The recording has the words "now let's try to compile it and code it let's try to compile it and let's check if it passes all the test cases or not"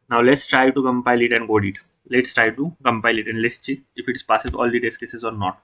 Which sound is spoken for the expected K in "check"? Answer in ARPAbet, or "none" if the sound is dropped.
none